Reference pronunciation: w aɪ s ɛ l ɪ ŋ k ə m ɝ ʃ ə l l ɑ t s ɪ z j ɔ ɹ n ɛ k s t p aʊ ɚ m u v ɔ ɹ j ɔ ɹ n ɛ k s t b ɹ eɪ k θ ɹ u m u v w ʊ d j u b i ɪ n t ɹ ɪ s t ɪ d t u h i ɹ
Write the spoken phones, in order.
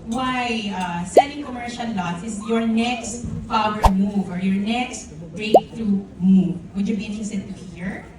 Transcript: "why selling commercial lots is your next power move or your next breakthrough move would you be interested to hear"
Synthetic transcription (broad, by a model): w aɪ s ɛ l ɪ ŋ k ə m ɝ ʃ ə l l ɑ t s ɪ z j ɔ ɹ n ɛ k s t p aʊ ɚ m u v ɔ ɹ j ɔ ɹ n ɛ k s t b ɹ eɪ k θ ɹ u m u v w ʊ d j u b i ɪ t ɪ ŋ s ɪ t t u h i ɹ